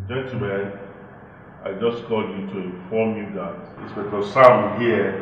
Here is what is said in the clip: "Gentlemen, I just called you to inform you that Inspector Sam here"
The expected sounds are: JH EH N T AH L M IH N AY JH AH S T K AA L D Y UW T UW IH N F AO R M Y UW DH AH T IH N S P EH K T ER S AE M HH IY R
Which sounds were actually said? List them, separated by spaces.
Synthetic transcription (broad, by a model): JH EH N T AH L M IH N AY JH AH S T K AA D Y UW T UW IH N F AO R M Y UW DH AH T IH S B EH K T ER S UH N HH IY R